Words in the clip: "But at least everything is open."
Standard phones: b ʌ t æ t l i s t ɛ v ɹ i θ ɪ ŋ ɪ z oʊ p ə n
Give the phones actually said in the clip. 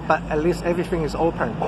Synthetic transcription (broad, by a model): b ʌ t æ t l i s t ɛ v ɹ i θ ɪ ŋ ɪ z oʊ p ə n